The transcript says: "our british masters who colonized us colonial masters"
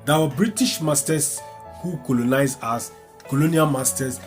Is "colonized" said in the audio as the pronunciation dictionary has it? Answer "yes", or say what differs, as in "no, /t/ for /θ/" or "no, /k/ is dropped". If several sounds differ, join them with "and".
no, /d/ is dropped